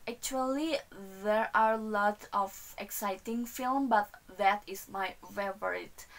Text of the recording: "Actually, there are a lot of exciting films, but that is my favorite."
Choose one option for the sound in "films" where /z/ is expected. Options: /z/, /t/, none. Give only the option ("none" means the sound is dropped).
none